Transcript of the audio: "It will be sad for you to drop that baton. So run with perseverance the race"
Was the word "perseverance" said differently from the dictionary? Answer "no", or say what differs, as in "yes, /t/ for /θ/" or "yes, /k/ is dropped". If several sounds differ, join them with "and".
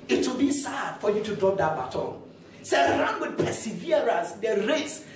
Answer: yes, /n/ is dropped